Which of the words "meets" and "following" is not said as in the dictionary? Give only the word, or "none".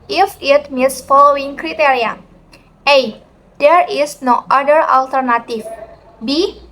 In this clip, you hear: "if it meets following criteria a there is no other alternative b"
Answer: none